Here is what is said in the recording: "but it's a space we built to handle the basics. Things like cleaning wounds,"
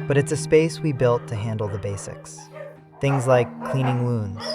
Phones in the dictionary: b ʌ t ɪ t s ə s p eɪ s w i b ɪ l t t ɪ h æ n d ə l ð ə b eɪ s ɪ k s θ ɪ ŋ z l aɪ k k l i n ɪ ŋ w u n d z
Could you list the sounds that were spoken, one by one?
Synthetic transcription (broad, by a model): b ʌ t ɪ t s ə s p eɪ s w i b ɪ l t t ɪ h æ n d l ð ə b eɪ s ɪ k s θ ɪ ŋ z l aɪ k k l i n ɪ ŋ w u n d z